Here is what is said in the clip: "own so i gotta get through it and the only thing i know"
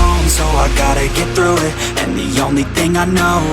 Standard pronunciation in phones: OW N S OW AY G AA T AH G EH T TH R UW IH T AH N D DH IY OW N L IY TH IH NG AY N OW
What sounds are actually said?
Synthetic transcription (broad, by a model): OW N S OW AY G AA T AH G EH T TH R UW IH T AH N DH IY OW N L IY TH IH NG AY N OW